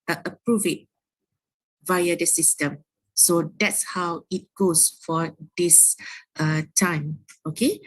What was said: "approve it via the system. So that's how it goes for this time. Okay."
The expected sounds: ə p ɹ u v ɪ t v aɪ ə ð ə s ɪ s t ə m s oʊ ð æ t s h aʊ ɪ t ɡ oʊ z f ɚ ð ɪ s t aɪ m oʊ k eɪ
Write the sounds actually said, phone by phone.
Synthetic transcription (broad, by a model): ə p ɹ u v ɪ t v aɪ ə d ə s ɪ s t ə m s oʊ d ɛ t s h aʊ ɪ t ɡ oʊ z f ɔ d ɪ s t aɪ m oʊ k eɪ